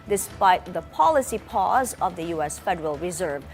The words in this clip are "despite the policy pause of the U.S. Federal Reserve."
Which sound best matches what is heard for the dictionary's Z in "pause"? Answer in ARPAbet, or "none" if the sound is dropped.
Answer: Z